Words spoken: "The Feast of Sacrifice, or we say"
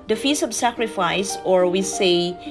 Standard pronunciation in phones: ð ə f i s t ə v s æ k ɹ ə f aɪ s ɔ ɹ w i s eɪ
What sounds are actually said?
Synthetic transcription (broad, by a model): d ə f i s ə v s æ k ɹ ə f aɪ s ɔ ɹ w i s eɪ